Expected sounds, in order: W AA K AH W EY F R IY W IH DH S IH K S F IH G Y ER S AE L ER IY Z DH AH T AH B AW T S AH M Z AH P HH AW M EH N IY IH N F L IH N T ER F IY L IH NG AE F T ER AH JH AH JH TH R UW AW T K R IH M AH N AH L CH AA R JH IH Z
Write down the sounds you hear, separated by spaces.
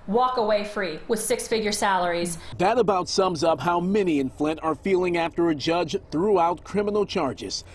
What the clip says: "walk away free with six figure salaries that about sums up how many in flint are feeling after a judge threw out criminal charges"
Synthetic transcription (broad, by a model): W AA K AH W EY F R IY W IH DH S IH K S F IH G Y ER S AE L ER IY Z DH AH T AH B AW T S AH M Z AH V HH AW M EH N IY IH N F L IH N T ER F IY L IH NG AE F T ER AH JH AH JH TH R UW AW T K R IH M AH N L CH AA R JH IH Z